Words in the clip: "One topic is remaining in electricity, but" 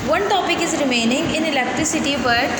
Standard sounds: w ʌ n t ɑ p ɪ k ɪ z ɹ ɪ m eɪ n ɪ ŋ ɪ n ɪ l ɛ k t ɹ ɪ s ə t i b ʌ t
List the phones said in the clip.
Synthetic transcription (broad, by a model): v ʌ n t ɑ p ɪ k ɪ z ɹ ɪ m eɪ n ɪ ŋ ɪ n ɪ l ɛ k t ɹ ɪ s ə t i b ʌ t